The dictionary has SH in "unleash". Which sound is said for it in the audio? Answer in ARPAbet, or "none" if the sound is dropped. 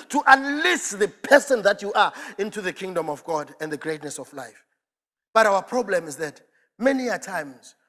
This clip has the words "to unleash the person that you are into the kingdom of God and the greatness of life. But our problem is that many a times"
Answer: S